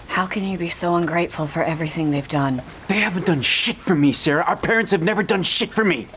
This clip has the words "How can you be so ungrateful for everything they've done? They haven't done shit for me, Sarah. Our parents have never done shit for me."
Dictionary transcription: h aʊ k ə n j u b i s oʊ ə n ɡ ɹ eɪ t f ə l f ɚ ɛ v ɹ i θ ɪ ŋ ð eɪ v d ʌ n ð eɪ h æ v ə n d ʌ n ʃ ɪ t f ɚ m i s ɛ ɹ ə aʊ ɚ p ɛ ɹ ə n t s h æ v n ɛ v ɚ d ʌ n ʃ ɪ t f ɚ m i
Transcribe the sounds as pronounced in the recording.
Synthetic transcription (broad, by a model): h aʊ k ə n j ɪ b i s oʊ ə n ɡ ɹ eɪ t f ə l f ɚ ɛ v ɹ i θ ɪ ŋ ð eɪ v d ʌ n ð eɪ h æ v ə n d ʌ n ʃ ɪ t f ɚ m i s ɛ ɹ ə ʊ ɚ p ɛ ɹ ə n t s h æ v n ɛ v ɚ d ʌ n ʃ ɪ t f ɚ m i